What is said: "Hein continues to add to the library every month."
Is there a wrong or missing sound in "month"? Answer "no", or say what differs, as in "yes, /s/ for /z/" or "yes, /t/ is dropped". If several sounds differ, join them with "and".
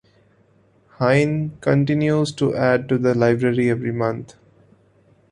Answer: yes, /t/ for /θ/